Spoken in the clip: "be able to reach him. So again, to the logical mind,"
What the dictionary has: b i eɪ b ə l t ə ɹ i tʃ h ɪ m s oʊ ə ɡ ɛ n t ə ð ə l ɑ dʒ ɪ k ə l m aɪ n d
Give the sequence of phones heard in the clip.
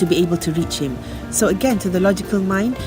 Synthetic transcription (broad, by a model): b i eɪ b ə l t ə ɹ i tʃ h ɪ m s oʊ ə ɡ ɛ n t ə ð ə l ɑ dʒ ɪ k ə l m aɪ n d